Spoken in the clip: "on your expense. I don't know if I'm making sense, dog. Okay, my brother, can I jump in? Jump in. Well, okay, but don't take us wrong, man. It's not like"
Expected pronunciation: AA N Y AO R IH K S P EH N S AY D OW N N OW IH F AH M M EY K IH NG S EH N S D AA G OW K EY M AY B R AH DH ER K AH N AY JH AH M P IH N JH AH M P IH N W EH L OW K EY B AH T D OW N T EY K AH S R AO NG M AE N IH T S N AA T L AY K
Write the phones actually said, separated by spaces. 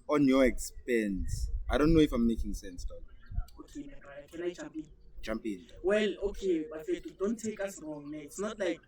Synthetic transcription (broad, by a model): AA N Y AO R IH K S P EH N S AY D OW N N OW IH F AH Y M EY K IH NG S EH N S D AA OW K EY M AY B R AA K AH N AY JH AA M P IH N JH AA M P IH N W EH L OW K EY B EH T D OW N T EY K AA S R AO NG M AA IH T S N AA T L AY K